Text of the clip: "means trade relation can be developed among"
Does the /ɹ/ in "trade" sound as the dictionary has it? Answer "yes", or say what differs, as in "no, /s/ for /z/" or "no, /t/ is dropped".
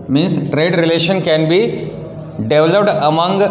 yes